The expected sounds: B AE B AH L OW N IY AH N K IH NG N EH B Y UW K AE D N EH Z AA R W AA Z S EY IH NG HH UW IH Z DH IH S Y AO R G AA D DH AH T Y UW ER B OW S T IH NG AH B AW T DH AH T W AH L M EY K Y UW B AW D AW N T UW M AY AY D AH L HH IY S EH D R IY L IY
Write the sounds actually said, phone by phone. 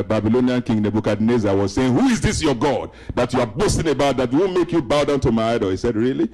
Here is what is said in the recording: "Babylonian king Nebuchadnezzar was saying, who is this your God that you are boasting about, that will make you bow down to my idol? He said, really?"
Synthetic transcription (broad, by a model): B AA B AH L OW N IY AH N K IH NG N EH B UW K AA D N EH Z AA W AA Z S EY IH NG HH UW IH Z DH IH S Y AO G AA D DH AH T Y UW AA B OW S T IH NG AH B AW T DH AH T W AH W M EY K Y UW B AW D AW N T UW M AY AY D AH L HH IY S EH D R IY L IY